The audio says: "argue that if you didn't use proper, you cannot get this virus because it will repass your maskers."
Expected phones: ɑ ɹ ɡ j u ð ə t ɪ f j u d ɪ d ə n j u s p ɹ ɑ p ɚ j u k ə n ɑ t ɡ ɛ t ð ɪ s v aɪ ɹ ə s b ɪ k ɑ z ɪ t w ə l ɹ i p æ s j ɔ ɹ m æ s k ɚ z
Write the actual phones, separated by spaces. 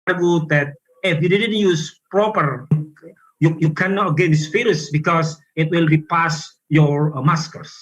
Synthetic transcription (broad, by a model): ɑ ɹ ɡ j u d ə t ɪ f j u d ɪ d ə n j u s p ɹ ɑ p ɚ j u k ə n ɑ t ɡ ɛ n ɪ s f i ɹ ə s b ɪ k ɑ s ɪ t w ə l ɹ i p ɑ s j ɔ ɹ m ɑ s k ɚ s